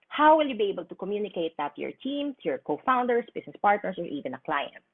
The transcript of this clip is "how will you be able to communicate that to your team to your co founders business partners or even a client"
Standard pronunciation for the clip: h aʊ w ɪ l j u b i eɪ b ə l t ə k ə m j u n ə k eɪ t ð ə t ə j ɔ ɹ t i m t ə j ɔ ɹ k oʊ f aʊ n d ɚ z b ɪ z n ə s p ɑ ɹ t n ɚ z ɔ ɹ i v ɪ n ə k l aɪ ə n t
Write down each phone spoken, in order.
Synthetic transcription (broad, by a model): h aʊ w ɪ l j u b i eɪ b ə l t ə k ə m j u n ə k eɪ t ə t j ɔ ɹ t i m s j ɔ ɹ k oʊ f aʊ n d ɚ s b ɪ s n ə s p ɑ ɹ t n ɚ s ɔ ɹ i v ɪ n ə k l aɪ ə n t